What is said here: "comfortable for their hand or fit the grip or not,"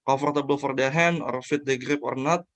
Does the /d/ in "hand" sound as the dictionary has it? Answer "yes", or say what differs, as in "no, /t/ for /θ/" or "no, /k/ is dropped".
no, /d/ is dropped